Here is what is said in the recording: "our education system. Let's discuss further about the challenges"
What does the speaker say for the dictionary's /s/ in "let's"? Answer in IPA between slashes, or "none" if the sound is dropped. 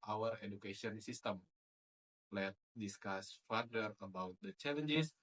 none